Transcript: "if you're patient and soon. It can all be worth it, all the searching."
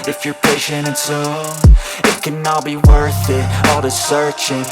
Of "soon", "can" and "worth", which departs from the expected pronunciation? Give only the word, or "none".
soon